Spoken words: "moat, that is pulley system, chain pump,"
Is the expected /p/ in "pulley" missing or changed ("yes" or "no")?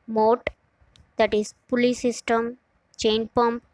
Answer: no